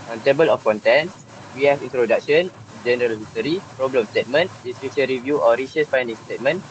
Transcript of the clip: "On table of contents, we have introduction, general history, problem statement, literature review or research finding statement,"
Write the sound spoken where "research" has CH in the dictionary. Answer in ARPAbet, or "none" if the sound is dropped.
S